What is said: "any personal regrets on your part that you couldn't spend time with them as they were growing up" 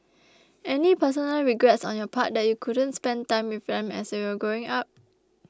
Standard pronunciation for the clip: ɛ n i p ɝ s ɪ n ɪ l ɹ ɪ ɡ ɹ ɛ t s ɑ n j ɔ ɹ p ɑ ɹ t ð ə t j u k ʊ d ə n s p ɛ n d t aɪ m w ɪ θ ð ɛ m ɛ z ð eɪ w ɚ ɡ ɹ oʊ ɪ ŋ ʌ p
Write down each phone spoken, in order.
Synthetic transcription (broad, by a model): ɛ n i p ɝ s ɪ n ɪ l ɹ ɪ ɡ ɹ ɛ t s ɑ n j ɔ p ɑ t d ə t j u k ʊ d ə n s p ɛ n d t aɪ m w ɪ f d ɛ m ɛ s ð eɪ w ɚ ɡ oʊ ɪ ŋ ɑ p